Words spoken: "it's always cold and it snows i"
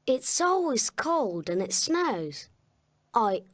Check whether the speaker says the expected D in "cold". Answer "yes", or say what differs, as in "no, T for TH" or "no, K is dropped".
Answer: yes